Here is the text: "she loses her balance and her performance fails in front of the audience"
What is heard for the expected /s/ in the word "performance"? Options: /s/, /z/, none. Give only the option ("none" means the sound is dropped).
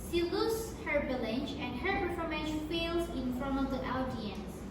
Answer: none